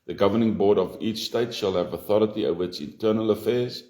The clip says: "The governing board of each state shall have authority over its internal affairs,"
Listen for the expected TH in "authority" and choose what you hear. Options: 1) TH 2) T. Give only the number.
1